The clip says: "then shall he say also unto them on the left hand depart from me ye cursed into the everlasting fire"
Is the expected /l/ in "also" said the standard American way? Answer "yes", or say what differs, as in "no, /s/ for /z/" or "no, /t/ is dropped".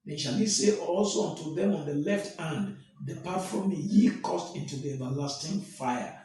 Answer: yes